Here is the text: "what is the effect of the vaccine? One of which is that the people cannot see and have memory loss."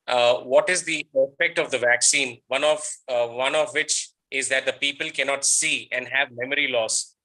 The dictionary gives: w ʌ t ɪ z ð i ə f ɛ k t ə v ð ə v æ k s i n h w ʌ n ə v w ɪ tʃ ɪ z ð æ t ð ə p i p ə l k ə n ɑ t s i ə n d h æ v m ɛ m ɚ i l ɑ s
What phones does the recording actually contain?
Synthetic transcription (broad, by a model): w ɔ t ɪ z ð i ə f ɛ k t ə v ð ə v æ k s i n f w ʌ n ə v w ɪ tʃ ɪ z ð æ t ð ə p i p ə l k ə n ɑ t s i ə n d h æ v m ɛ m ɚ i l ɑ s